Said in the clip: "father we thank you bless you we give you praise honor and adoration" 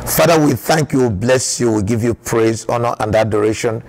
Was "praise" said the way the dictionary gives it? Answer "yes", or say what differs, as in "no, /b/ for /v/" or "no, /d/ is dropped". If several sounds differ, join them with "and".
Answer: yes